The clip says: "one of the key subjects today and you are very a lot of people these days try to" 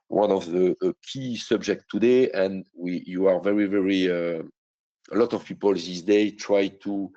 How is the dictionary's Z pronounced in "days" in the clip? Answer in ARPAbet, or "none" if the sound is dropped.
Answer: none